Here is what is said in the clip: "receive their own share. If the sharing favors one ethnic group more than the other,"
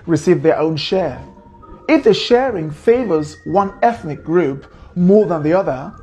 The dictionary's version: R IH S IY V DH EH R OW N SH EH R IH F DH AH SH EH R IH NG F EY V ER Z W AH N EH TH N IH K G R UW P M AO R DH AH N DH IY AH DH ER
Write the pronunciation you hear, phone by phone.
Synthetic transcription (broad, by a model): R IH S IY V DH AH R OW N SH EH R IH F DH AH SH EH R IH NG F EY V ER Z W AH N EH TH N IH K G R UW P M AO R DH AH N DH IY AH DH ER